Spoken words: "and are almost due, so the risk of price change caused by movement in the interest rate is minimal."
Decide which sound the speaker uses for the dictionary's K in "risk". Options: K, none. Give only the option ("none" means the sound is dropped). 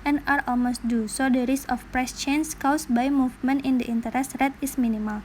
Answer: none